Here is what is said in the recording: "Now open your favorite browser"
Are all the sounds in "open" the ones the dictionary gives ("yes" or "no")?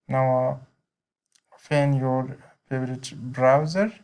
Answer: no